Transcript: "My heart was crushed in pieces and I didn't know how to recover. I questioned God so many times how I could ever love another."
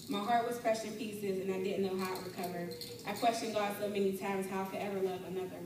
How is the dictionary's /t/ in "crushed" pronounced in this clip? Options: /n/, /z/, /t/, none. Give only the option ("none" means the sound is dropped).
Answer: none